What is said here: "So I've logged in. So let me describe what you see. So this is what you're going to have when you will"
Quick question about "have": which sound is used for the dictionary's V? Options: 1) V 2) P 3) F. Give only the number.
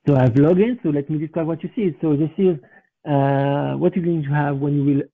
1